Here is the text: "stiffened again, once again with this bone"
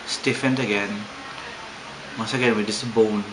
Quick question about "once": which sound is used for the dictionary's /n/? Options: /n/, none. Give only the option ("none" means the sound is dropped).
none